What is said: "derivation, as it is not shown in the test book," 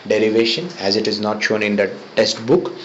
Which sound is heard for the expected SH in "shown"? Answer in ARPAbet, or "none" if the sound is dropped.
SH